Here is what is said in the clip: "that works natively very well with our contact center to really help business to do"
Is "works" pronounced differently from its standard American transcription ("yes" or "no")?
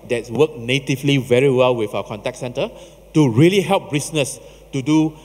yes